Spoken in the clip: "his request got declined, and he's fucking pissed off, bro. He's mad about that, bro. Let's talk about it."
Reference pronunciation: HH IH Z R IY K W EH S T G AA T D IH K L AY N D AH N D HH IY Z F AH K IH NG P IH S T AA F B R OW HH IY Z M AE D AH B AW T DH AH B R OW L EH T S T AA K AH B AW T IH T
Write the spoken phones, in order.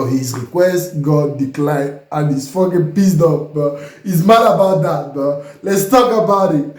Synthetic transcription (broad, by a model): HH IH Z R IY K W EH S T G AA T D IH K L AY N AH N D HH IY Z F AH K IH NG P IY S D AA P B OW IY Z M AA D AH B AW T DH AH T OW L EH T S T AA K AH B AW T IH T